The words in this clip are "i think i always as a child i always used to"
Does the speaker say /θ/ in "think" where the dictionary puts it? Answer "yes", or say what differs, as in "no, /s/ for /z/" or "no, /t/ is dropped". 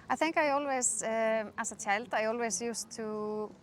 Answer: yes